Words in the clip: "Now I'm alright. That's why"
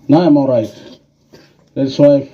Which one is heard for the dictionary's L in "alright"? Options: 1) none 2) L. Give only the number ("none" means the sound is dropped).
1